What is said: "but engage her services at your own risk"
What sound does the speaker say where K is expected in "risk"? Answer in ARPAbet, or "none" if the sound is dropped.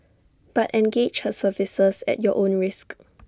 K